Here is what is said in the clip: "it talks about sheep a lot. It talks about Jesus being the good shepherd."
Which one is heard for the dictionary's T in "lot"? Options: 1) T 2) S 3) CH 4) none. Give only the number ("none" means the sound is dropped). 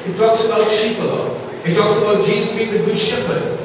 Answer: 4